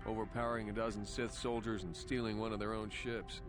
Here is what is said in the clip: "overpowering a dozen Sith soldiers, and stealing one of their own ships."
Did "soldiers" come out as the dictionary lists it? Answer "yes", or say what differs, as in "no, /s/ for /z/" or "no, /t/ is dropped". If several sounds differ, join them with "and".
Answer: yes